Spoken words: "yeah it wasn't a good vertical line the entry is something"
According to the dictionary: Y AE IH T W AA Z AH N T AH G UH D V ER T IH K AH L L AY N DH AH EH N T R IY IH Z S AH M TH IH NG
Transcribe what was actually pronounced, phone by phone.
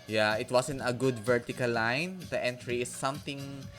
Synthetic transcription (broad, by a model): Y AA IH T W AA S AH N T AH G UH D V ER T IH K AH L L AY N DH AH EH N T R IY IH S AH M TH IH NG